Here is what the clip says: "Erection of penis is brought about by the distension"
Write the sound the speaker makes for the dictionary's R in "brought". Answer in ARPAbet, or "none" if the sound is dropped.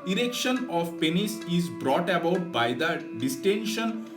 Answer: R